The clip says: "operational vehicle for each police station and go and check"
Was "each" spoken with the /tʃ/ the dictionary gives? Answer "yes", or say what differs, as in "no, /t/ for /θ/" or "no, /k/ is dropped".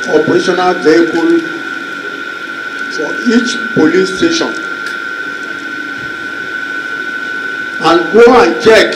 yes